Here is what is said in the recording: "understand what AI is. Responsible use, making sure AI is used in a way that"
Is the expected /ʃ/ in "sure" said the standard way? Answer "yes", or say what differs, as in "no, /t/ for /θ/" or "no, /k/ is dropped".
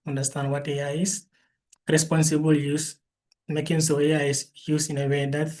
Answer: no, /s/ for /ʃ/